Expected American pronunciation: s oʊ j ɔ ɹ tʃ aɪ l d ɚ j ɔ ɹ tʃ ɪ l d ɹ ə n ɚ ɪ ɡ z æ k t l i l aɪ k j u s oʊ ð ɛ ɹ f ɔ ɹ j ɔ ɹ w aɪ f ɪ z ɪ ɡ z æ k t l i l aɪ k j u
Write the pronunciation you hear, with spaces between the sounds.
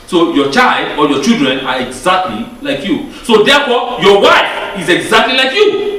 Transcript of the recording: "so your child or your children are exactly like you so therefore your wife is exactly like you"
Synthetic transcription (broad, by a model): s oʊ j ɔ tʃ aɪ l d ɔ j ɔ tʃ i l d ɹ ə n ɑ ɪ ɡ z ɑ k t l i l aɪ k j u s oʊ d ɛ f ɔ j ɔ w aɪ f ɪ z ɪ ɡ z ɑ k t l i l aɪ k j u